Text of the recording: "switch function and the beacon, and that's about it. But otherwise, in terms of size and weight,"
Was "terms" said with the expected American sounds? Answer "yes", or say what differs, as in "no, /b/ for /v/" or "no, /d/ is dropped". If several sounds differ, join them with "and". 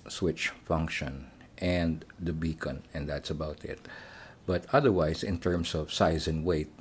no, /s/ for /z/